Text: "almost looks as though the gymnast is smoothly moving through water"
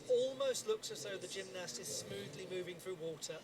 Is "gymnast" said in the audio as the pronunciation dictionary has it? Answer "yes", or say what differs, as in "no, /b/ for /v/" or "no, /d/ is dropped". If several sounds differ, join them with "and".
yes